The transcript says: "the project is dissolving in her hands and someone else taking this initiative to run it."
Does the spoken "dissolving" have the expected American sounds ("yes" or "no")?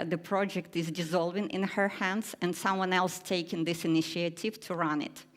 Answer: yes